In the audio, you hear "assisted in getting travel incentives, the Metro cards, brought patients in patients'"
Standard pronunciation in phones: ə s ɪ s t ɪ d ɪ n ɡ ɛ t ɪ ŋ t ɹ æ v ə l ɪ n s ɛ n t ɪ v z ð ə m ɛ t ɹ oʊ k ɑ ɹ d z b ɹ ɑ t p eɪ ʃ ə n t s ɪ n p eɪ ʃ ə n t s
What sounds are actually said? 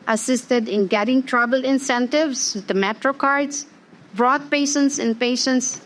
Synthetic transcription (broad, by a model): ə s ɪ s t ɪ d ɪ n ɡ ɛ t ɪ ŋ t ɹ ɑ b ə l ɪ n s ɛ n t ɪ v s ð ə m ɛ t ɹ oʊ k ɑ ɹ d s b ɹ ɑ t p eɪ ʃ ə n t s ɪ n p eɪ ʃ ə n t s